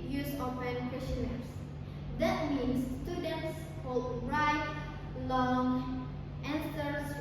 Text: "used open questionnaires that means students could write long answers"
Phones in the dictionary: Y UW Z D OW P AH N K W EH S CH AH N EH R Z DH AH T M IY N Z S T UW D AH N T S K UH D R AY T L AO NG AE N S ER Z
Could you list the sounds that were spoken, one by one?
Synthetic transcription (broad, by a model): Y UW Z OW F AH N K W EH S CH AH N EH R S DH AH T M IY N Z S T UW D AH N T S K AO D R AY T L AO NG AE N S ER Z